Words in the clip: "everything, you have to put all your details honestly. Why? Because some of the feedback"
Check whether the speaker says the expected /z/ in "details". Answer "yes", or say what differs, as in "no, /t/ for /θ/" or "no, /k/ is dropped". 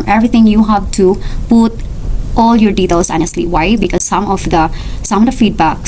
no, /s/ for /z/